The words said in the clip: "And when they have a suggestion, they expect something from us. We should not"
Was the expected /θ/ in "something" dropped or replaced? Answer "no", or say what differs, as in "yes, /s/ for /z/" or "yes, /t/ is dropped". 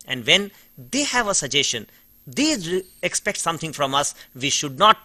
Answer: yes, /t/ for /θ/